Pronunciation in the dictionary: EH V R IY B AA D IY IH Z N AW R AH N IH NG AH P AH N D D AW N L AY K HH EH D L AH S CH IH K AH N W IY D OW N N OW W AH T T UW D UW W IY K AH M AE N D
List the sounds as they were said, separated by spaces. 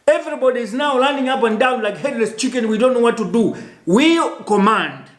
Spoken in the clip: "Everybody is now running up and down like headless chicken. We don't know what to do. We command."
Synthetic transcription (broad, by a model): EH V R IY B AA D IY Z N AW L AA N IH NG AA P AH N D D AW N L AY K HH EH D L AH S CH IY K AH N W IY D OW N N OW W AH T T UW D UW W IY K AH M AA N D